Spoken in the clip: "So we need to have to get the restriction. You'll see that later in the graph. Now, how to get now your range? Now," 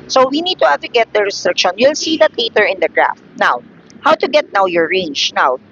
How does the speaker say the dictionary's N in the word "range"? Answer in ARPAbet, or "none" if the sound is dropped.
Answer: N